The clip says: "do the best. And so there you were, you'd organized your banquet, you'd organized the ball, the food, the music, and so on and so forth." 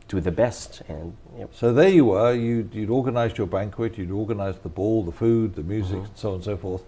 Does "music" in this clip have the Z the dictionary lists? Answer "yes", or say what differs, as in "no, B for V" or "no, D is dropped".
yes